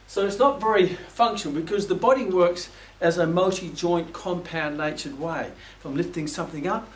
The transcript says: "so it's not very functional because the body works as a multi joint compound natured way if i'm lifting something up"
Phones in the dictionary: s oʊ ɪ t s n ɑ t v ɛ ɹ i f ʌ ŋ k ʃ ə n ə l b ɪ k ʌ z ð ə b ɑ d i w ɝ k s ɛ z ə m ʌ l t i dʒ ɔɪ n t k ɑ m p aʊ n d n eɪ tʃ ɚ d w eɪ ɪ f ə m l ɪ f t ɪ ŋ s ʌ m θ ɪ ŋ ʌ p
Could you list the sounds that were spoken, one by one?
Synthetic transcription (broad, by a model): s oʊ ɪ t s n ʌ t v ɛ ɹ i f ʌ ŋ k ʃ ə n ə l b ɪ k ʌ z ð ə b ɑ d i w ɝ k s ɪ z ə m ʌ l t i dʒ ɔɪ n k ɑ m p aʊ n n eɪ tʃ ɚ d w eɪ ɪ f ə m l ɪ f t ɪ ŋ s ʌ m θ ɪ ŋ ʌ p